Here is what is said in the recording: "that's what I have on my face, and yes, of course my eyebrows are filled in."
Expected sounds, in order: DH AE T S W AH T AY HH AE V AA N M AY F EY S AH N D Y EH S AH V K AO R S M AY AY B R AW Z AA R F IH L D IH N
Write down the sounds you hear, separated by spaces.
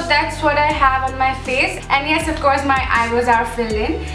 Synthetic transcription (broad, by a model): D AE T S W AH T AY HH AE V AA N M AY F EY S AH N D Y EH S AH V K AO R S M AY AY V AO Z AA R F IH L IH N